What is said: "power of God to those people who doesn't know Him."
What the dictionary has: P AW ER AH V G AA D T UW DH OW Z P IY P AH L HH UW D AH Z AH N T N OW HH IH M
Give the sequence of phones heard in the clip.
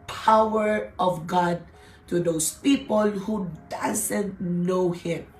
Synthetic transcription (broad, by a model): P AW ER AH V G AA D T UW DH OW S P IY P AH L HH UW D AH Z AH N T N OW HH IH M